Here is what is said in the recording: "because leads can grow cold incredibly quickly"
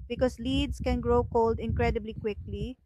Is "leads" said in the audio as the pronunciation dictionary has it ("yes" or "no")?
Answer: no